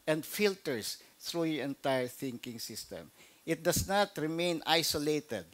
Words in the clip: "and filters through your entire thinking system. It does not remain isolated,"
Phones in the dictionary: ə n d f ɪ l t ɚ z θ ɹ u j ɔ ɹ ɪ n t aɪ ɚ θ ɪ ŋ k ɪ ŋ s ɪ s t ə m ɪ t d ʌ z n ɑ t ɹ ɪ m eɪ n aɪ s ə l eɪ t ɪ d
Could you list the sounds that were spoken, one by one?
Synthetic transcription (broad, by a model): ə n d f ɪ l t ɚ s θ ɹ u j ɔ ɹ ɪ n t aɪ ɚ θ ɪ ŋ k ɪ ŋ s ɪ s t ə m ɪ t d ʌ s n ɑ t ɹ ɪ m eɪ n aɪ s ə l eɪ t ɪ d